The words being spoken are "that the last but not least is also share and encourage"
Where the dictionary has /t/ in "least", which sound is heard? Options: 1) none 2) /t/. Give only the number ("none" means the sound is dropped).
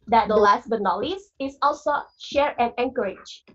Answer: 1